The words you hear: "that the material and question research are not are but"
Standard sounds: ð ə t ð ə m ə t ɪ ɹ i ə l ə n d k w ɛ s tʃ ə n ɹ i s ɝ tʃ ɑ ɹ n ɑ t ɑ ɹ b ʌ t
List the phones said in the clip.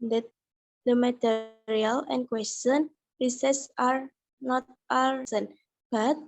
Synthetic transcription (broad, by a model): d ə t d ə m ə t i ɹ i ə l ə n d k w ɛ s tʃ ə n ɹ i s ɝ s ɑ ɹ n ɑ t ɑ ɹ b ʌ t